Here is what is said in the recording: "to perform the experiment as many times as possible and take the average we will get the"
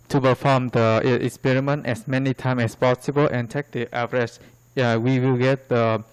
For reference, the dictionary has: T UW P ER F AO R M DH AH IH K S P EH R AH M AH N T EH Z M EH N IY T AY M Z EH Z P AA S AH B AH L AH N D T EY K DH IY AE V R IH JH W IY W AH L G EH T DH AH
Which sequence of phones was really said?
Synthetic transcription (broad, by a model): T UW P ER F AO M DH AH IH K S P EH R AH M AH N T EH S M EH N IY T AY M EH S P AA S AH B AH L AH N T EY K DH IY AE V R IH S W IY W AH L G EH T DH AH